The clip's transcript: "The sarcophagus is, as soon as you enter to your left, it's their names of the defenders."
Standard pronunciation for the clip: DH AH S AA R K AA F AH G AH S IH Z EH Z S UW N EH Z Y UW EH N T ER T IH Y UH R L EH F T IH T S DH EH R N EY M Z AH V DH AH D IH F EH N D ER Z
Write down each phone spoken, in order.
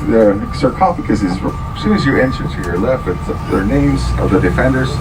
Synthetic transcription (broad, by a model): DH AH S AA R K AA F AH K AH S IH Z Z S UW IH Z Y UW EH N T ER T IH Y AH R L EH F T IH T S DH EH R N EY M Z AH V DH AH D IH F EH N D ER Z